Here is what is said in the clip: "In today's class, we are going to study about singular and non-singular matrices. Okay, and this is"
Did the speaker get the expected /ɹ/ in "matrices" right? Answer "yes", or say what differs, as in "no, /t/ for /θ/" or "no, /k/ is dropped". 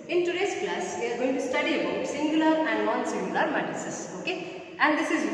no, /ɹ/ is dropped